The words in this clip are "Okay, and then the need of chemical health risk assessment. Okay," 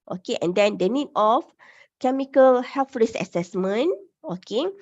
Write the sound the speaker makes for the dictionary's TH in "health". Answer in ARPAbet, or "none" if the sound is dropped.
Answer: F